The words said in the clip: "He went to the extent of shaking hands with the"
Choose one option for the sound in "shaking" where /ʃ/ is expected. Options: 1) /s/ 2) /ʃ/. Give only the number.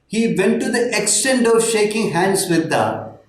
2